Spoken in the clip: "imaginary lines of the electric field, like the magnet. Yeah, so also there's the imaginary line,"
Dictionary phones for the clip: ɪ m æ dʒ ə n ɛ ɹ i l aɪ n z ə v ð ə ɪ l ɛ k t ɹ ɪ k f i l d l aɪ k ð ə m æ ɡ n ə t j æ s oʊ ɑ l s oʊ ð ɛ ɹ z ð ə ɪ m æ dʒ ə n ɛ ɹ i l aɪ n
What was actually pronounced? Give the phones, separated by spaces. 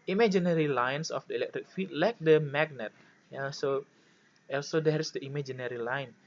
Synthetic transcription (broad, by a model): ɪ m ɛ dʒ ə n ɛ ɹ i l aɪ n s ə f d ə ɪ l ɛ k t ɹ ɪ k f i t l aɪ k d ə m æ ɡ n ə t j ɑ s oʊ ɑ l s oʊ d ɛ ɹ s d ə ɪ m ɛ dʒ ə n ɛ ɹ i l aɪ n